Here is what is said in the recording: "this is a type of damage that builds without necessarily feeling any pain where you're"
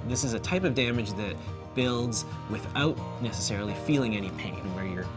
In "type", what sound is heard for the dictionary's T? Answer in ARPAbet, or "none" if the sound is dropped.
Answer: T